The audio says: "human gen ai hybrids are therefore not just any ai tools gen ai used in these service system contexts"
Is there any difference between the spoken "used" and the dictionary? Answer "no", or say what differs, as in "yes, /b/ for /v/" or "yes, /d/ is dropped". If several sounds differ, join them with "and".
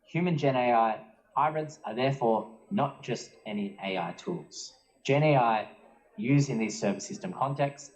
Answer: yes, /d/ is dropped